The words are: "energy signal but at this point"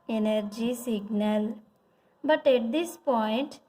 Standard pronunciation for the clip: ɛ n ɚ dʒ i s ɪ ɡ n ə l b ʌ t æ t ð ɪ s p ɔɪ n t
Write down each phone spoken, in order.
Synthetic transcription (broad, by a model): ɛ n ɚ dʒ i s ɪ ɡ n ə l b ʌ t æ t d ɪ s p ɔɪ n t